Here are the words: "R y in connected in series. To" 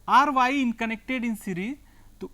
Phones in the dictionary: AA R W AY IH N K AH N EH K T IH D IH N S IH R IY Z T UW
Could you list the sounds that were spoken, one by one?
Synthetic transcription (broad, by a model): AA R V AY IH N K AH N EH K T IH D IH N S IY R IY T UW